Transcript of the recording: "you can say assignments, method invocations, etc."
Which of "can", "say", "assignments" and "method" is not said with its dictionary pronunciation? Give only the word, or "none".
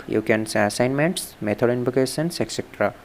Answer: method